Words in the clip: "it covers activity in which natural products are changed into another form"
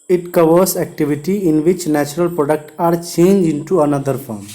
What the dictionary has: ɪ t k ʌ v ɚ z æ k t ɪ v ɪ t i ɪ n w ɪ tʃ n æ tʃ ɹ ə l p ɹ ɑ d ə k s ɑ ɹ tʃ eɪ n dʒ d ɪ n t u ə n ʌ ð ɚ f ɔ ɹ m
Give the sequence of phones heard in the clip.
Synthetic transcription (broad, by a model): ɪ t k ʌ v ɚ s æ k t ɪ v ɪ t i ɪ n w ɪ tʃ n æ tʃ ɹ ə l p ɹ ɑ d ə k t ɑ ɹ tʃ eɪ n dʒ ɪ n t u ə n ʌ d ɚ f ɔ ɹ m